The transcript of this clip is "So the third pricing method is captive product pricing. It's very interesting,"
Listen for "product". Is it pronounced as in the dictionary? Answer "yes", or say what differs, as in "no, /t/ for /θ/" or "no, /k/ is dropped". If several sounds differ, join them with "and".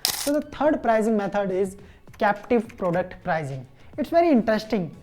yes